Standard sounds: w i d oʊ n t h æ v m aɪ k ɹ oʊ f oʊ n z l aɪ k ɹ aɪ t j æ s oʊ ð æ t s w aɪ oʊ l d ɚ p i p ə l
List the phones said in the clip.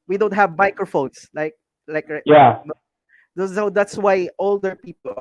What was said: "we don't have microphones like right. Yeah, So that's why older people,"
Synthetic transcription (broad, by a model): w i d oʊ n t h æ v m aɪ k ɹ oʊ f oʊ n s l aɪ k l aɪ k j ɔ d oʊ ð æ t s w aɪ oʊ l d ɚ p i p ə l